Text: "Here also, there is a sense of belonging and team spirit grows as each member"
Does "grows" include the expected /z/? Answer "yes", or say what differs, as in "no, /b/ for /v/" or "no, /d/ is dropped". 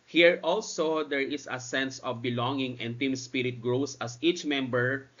no, /s/ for /z/